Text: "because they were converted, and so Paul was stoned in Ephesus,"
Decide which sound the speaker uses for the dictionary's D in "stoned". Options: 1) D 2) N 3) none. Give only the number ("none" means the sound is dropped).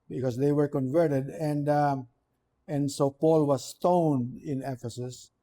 1